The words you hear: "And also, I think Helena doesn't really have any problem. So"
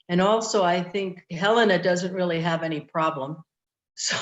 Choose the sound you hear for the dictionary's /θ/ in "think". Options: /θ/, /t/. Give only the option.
/θ/